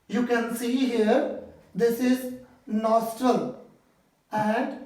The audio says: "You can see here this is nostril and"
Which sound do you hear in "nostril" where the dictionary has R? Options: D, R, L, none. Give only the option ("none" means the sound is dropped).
R